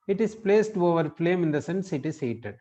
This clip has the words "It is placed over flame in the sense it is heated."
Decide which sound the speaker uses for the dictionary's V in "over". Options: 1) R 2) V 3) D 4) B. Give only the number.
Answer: 2